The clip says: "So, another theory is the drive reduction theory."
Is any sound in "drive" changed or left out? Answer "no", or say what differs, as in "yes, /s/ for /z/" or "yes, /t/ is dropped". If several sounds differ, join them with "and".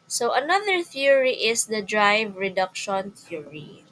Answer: no